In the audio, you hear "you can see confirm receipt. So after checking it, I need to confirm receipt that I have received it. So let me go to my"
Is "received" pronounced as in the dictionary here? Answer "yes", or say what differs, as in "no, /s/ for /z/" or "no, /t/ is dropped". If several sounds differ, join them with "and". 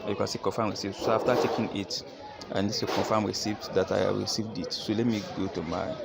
yes